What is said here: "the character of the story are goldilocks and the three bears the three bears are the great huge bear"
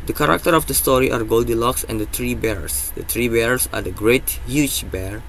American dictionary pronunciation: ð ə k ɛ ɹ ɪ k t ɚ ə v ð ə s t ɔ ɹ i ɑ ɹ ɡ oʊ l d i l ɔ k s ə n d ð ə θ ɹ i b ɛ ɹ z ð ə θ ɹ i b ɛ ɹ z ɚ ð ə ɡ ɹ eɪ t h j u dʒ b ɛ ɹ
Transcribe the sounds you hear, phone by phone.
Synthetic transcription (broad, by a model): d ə k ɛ ɹ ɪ k t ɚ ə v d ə s t ɔ ɹ i ɑ ɹ ɡ oʊ l d i l ɔ k s ə n d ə t ɹ i b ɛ ɹ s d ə t ɹ i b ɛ ɹ s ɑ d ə ɡ ɹ eɪ t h j u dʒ b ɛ ɹ